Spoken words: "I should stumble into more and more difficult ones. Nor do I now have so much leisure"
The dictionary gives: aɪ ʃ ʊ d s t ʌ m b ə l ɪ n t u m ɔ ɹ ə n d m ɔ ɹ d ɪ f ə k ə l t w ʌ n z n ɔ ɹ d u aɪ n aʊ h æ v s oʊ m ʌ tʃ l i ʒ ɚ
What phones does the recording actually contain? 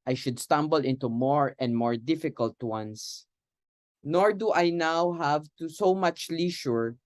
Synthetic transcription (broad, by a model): aɪ ʃ ʊ d s t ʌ m b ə l ɪ n t u m ɔ ɹ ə n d m ɔ ɹ d ɪ f ə k ə l t w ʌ n s n ɔ ɹ d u aɪ n aʊ h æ v s oʊ m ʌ tʃ l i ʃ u